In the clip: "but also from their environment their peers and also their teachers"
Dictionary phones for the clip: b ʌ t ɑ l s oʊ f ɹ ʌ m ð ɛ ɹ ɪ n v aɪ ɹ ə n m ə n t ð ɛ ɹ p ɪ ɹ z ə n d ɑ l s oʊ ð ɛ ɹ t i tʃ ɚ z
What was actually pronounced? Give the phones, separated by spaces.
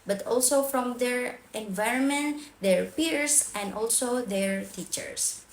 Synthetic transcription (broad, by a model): b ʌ t ɑ l s oʊ f ɹ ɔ m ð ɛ ɹ ɪ n v aɪ ɹ ə n m ə n t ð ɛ ɹ p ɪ ɹ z ə n d ɑ l s oʊ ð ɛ ɹ t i tʃ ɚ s